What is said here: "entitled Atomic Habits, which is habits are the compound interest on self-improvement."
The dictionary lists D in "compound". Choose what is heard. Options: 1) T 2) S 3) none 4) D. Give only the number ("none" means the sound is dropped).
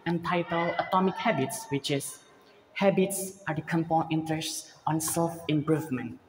3